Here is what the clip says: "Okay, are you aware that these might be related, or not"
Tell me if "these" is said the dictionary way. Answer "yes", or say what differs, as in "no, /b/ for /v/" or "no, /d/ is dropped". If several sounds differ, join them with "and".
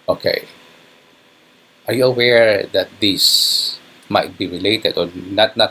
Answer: no, /s/ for /z/